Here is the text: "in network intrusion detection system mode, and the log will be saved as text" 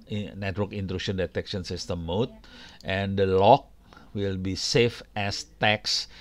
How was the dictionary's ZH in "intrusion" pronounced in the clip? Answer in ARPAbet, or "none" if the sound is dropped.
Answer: SH